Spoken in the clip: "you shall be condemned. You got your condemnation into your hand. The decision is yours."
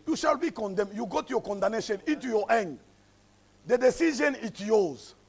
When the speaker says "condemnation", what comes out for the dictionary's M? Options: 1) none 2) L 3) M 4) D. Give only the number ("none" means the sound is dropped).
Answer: 1